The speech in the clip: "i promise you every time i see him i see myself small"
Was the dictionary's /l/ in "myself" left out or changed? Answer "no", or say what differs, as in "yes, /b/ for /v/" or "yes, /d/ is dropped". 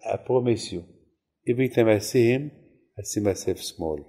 yes, /l/ is dropped